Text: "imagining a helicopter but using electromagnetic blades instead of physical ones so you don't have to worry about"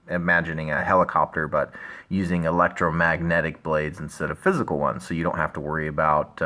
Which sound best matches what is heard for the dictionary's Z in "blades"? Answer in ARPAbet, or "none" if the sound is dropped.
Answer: Z